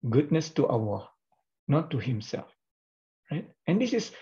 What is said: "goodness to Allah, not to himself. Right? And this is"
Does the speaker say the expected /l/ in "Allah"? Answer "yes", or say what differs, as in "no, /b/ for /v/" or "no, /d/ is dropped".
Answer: no, /w/ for /l/